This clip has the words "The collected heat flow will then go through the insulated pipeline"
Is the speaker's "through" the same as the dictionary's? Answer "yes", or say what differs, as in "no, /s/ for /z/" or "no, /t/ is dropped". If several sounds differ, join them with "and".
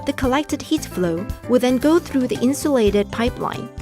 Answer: yes